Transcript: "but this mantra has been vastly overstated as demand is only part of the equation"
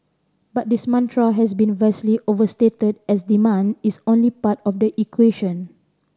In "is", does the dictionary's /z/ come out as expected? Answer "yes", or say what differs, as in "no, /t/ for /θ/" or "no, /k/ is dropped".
no, /s/ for /z/